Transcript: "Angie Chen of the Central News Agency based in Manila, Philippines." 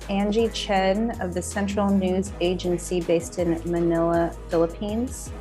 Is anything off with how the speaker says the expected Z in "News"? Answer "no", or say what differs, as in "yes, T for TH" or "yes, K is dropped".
no